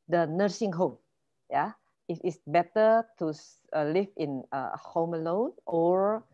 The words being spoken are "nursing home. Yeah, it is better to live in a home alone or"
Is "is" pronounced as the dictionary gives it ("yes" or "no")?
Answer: no